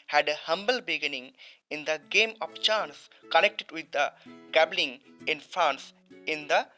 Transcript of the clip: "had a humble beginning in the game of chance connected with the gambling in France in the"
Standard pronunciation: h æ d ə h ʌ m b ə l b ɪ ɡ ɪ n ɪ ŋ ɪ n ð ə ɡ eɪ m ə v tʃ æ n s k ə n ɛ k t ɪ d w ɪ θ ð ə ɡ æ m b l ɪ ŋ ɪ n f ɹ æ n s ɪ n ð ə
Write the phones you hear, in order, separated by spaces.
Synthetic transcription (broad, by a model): h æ d ə h ʌ m b ə l b ɪ ɡ ɪ n ɪ ŋ ɪ n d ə ɡ eɪ m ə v tʃ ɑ n s k ə n ɛ k t ɪ d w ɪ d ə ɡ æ b l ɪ ŋ ɪ n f ɹ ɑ n s ɪ n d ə